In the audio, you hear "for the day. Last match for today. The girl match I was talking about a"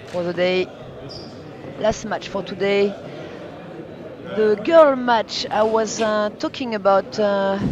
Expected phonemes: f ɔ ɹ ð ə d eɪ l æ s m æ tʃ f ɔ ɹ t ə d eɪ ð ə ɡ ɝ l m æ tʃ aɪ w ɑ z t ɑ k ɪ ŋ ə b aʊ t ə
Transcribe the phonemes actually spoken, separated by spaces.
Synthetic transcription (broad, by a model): f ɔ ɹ ð ə d eɪ l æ s m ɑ tʃ f ɔ ɹ t ə d eɪ ð ə ɡ ɝ l m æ tʃ aɪ w ɑ z t ɑ k ɪ ŋ ə b aʊ t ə